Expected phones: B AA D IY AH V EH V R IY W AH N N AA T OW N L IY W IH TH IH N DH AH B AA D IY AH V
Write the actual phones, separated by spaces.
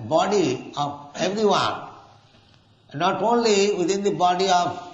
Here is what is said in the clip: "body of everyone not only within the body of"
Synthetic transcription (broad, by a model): B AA D IY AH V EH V R IY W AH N N AA T OW N L IY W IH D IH N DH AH B AA D IY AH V